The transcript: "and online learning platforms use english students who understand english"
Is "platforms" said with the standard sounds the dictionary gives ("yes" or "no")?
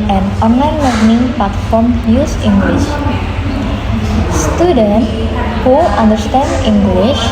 no